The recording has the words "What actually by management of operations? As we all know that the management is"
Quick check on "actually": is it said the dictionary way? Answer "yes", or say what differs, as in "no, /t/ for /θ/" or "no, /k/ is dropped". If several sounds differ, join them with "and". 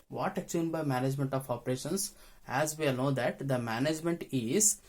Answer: no, /l/ is dropped